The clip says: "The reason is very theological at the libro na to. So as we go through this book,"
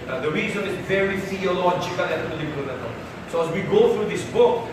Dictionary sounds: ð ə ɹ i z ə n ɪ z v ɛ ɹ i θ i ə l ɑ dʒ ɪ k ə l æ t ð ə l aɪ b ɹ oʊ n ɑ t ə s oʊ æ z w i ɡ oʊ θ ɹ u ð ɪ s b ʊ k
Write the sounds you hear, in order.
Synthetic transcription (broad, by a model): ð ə ɹ i z ə n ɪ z v ɛ ɹ i f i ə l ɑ tʃ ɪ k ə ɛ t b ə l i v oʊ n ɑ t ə s oʊ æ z w i ɡ oʊ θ ɹ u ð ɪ s b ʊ k